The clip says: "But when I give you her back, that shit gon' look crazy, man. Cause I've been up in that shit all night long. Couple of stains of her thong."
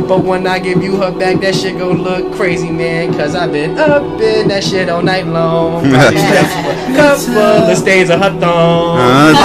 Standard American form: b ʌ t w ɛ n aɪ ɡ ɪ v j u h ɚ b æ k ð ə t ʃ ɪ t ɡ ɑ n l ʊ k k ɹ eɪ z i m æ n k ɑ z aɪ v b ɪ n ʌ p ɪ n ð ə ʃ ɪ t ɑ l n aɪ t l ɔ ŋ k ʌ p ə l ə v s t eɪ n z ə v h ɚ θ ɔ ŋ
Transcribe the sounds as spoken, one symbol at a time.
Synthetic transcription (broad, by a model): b ʌ t w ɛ n aɪ ɡ ɪ v j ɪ h ɚ b æ k ð ə t ʃ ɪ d ɡ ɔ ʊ l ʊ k k ɹ eɪ z i m æ n k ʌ z aɪ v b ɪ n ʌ b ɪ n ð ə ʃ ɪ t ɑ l n aɪ t l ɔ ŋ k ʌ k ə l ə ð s t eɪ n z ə h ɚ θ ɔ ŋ